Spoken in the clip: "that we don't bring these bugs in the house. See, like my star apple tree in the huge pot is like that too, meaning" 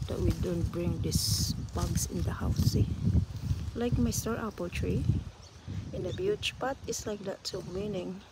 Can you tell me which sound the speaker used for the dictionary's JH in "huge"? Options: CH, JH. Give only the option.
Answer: CH